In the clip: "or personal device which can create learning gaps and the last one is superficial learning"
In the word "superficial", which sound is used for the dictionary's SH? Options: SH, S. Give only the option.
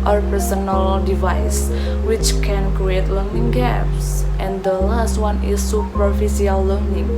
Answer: S